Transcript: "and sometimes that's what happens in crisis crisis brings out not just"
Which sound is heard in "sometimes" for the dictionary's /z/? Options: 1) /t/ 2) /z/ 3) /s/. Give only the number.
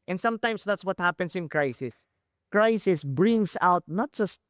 3